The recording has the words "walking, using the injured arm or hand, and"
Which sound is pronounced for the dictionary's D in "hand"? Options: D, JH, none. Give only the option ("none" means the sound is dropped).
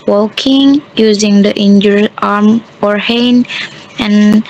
none